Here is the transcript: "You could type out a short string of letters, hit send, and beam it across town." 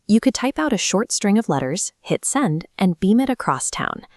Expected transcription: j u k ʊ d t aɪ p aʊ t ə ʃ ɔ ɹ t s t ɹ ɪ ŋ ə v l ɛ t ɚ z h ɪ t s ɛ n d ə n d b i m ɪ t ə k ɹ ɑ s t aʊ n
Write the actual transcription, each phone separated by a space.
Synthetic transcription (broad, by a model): j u k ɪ d t aɪ p aʊ t ə ʃ ɔ ɹ t s t ɹ ɪ ŋ ə v l ɛ t ɚ z h ɪ t s ɛ n d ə n b i m ɪ t ə k ɹ ɑ s t aʊ n